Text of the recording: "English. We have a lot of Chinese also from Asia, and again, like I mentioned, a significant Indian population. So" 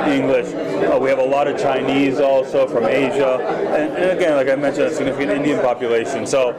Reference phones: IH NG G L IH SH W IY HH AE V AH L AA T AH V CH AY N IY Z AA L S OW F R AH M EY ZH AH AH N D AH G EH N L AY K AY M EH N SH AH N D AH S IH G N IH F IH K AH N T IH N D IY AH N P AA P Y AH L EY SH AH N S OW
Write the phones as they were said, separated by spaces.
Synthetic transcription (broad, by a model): IH NG G L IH SH W IY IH V AH L AA T AH V CH AY N IY Z AA L S OW F R AH M EY ZH AH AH N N AH G EH N L AY K AY M EH N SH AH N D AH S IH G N IH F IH K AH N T IH N D IY AH N P AA P Y AH L EY SH AH N S OW